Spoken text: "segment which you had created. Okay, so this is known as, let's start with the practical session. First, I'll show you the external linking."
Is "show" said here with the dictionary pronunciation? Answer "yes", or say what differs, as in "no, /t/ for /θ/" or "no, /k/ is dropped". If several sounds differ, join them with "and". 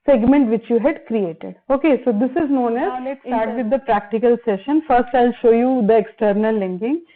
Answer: yes